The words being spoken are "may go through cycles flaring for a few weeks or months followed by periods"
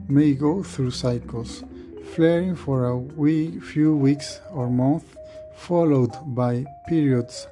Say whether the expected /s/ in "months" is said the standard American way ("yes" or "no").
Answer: no